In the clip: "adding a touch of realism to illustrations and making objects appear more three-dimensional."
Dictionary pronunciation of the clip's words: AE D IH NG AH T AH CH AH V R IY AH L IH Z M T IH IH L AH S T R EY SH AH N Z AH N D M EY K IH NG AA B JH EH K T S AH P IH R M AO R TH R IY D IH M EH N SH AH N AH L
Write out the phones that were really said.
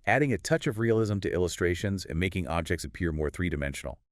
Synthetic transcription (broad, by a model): AE D IH NG AH T AH CH AH V R IY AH L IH Z M T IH IH L AH S T R EY SH AH N Z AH N M EY K IH NG AA B JH EH K T S AH P IH R M AO R TH R IY D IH M EH N SH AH N L